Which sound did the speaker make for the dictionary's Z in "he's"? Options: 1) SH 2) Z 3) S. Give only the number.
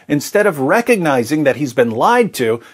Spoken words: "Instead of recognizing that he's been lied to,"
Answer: 2